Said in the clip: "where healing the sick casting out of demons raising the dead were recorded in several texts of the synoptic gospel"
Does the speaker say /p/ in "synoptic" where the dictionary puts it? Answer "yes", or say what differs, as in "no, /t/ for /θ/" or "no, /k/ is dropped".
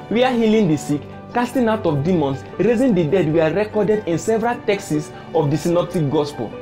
yes